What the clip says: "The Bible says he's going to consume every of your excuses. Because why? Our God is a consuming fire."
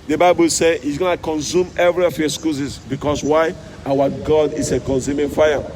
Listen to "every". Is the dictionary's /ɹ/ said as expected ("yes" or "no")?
yes